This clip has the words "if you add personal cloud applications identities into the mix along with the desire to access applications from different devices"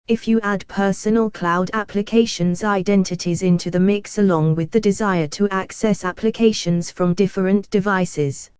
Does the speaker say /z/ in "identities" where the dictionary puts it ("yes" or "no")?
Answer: yes